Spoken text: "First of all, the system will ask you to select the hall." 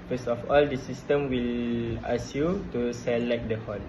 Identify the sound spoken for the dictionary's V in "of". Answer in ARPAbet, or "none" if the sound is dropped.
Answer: F